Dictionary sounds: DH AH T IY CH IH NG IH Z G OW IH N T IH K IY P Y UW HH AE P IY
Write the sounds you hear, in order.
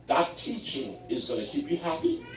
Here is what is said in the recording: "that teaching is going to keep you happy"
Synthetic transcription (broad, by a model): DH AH T IY CH IH NG IH Z G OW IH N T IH K IY P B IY HH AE P IY